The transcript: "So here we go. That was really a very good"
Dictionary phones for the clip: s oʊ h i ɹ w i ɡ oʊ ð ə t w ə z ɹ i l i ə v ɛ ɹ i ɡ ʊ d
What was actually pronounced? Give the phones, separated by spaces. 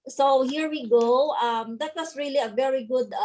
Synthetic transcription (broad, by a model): s oʊ h i ɹ w i ɡ oʊ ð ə t w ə s ɹ i l i ə v ɛ ɹ i ɡ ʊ d